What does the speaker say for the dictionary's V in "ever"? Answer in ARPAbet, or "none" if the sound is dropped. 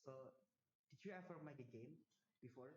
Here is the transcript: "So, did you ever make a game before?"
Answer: F